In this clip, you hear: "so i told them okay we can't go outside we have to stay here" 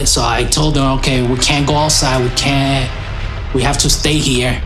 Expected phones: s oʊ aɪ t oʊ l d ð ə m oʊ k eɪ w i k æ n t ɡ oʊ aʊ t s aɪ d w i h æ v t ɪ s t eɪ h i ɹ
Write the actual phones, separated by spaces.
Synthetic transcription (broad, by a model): s oʊ aɪ t oʊ l d ð ə m oʊ k eɪ w i k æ n ɡ oʊ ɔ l s aɪ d w i h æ f t ɪ s t eɪ h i ɹ